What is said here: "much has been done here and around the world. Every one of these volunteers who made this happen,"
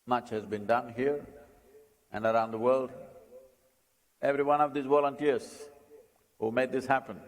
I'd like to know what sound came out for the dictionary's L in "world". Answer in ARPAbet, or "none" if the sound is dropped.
L